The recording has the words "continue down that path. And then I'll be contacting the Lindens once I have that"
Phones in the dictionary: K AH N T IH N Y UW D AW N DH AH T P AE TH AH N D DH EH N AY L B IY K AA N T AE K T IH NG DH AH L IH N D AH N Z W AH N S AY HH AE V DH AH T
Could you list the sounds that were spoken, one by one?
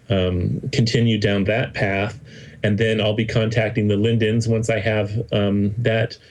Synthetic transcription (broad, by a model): K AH N T IH N Y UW D AW N DH AH T P AE TH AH N DH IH N AY L B IY K AA N T AE K T IH NG DH AH L IH N D AH N Z W AH N S AY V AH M DH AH T